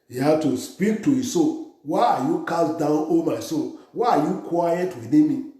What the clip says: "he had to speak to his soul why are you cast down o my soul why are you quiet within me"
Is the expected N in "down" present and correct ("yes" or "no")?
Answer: yes